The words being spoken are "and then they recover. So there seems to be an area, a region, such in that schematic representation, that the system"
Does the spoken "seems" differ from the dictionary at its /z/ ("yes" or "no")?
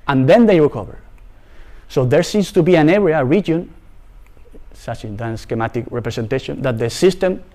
yes